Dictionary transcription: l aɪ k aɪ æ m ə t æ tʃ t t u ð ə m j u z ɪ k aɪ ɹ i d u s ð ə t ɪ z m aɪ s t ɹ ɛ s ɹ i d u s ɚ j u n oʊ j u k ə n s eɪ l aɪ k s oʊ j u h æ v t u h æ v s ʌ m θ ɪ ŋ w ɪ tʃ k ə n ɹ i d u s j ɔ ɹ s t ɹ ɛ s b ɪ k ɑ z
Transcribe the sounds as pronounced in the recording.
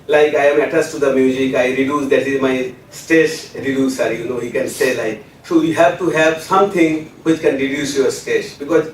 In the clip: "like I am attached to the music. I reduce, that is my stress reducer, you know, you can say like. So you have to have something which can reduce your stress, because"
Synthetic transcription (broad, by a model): l aɪ k aɪ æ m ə t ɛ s t u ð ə m j u z ɪ k aɪ ɹ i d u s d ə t ɪ z m aɪ s t ɛ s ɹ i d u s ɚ j u n oʊ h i k ə n s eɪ l aɪ k s oʊ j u h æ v t u h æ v s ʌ m t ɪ ŋ w ɪ tʃ k ə n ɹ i d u s j ɔ ɹ s t ɛ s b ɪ k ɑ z